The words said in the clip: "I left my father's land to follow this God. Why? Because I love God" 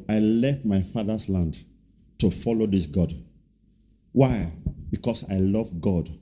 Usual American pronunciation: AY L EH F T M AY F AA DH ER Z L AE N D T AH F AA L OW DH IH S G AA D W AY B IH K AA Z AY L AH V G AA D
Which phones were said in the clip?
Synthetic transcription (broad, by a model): AY L EH F T M AY F AA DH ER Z L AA N D T AH F AA L OW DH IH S G AA D W AY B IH K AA S AY L AH V G AA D